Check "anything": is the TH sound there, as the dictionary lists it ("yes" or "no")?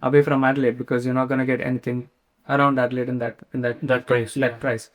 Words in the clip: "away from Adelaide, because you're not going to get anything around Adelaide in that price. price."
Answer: no